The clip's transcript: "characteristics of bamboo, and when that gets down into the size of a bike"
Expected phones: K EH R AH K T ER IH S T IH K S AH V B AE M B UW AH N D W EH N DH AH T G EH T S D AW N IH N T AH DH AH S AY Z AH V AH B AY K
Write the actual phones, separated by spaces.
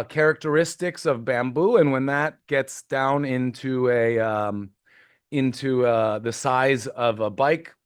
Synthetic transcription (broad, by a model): K EH R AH K T ER IH S T IH K S AH V B AE M B UW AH N W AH N DH AH T G EH T S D AW N IH N T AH DH AH S AY Z AH V AH B AY K